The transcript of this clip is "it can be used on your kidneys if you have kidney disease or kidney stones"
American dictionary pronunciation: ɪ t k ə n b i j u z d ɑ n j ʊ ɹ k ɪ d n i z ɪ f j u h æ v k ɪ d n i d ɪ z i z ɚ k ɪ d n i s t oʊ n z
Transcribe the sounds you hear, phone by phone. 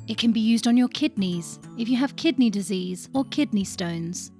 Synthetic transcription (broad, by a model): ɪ t k ə n b i j u z d n j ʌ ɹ k ɪ d n i z ɪ f j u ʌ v k ɪ d n i d ɪ z i z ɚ k ɪ d n i s t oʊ n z